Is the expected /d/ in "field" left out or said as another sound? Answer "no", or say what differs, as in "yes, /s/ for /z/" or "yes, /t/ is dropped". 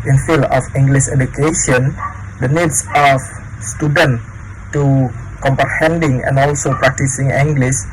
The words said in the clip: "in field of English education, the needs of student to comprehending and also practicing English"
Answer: yes, /d/ is dropped